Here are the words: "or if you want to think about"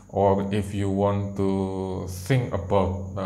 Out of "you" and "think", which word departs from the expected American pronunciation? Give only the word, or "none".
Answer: think